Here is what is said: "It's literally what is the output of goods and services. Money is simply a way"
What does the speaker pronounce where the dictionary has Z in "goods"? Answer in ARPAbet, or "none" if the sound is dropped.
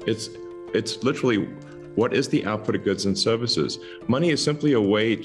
Z